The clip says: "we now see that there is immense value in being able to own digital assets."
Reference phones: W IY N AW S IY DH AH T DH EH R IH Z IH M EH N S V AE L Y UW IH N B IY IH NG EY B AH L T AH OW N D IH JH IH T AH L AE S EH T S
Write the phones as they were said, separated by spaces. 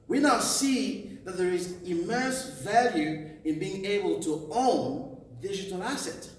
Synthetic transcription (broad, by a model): W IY N AW S IY DH AH T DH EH R IH Z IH M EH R S V AE L Y UW IH N B IY IH NG EY B AH L T AH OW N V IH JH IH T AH L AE S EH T